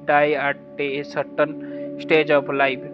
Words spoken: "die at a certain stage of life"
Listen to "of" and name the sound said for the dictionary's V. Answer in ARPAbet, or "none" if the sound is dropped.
P